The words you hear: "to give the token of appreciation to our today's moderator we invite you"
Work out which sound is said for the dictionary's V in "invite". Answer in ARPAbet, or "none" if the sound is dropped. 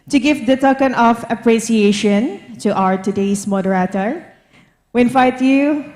F